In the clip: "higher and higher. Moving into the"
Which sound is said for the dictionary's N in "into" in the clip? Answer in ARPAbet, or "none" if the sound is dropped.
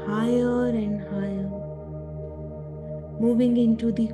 N